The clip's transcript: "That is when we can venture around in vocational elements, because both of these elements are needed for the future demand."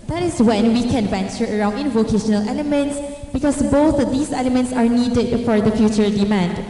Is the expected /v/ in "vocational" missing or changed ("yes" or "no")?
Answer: no